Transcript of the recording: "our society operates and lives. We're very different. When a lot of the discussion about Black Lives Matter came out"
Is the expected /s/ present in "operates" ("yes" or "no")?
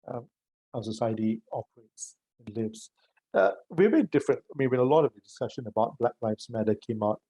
yes